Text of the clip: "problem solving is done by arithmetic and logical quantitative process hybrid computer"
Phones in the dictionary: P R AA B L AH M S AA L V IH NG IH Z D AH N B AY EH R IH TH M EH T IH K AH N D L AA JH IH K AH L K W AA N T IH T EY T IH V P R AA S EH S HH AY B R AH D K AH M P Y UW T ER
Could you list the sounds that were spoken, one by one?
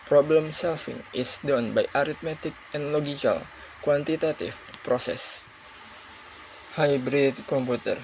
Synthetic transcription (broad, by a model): P R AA B L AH M S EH L F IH NG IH S D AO N B AY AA R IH T M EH T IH K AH N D L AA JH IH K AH L K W AA N T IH T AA T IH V P R AA S EH S HH AY B R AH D K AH M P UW T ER